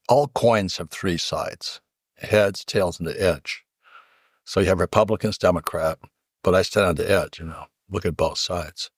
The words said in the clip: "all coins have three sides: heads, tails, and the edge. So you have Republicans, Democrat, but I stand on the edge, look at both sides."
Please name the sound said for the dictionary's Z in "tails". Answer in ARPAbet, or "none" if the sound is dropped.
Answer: Z